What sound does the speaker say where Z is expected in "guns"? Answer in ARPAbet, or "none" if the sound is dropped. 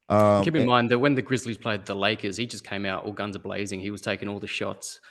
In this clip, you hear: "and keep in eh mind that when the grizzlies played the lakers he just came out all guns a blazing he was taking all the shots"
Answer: Z